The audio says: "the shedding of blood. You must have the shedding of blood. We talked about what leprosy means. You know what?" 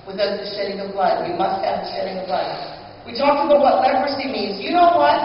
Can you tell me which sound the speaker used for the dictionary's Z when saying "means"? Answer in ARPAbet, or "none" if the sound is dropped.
Z